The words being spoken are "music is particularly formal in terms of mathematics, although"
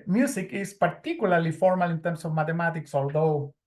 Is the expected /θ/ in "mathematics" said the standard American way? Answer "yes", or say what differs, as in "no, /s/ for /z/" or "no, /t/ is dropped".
no, /t/ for /θ/